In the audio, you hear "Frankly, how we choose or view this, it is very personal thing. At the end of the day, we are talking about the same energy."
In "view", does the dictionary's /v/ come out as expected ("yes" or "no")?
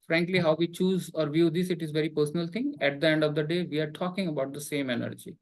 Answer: yes